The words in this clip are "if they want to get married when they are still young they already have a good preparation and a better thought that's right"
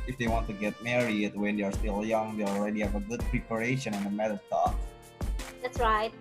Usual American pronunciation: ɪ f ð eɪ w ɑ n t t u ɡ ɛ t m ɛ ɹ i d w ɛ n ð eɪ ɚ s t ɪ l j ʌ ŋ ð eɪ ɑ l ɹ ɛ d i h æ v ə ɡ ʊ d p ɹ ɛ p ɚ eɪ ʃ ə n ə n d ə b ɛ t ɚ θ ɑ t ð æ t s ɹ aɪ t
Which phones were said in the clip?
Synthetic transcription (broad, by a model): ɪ f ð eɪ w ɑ n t t u ɡ ɛ t m ɛ ɹ i d w ɛ n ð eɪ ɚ s t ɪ l j ʌ ŋ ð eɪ ɑ l ɹ ɛ d i h æ v ə ɡ ʊ d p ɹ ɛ p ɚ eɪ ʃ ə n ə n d ə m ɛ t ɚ t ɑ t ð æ t s ɹ aɪ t